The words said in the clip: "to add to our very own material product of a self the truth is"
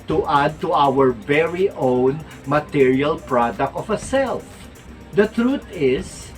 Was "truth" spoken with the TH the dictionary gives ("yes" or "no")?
no